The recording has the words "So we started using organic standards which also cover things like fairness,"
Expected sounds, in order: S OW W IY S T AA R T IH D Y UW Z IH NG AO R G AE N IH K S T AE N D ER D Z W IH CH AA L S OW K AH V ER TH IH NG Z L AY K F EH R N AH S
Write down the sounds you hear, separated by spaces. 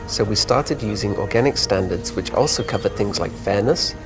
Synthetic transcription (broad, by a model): S OW W IY S T AA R T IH D Y UW Z IH NG AO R G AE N IH K S T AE N D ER D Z W IH CH AA L S OW K AH V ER TH IH NG Z L AY K F EH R N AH S